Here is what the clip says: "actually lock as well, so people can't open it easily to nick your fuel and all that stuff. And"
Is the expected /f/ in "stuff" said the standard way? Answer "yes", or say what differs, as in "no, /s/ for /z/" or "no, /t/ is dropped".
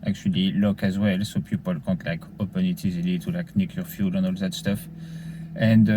yes